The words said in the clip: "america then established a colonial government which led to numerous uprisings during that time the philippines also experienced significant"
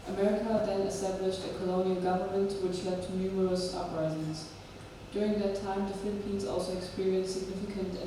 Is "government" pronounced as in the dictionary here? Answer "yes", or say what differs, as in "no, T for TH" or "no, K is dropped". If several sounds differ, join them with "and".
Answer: yes